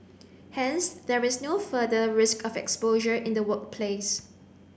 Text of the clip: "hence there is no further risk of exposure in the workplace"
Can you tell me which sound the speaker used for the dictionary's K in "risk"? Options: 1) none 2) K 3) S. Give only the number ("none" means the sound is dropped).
2